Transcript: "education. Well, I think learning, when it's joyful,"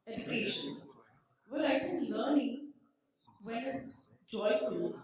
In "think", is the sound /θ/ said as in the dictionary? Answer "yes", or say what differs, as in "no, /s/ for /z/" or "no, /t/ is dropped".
no, /f/ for /θ/